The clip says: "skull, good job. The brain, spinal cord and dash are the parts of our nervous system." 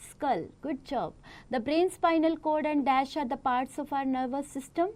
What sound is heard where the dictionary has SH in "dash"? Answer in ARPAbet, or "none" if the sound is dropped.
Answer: SH